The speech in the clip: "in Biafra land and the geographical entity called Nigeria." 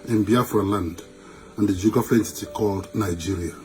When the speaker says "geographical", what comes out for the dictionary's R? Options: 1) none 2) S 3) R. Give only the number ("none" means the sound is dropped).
1